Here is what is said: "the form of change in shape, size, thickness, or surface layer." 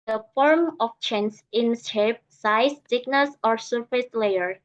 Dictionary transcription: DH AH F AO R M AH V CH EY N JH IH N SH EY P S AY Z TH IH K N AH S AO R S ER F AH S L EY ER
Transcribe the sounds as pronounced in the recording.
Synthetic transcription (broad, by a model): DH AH F AO R M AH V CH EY N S IH N S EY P S AY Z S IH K N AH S AO R S ER F AH S L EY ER